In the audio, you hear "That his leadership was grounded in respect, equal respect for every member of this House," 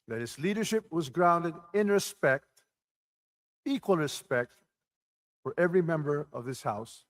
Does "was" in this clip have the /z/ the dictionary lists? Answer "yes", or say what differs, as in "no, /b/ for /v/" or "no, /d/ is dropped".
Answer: yes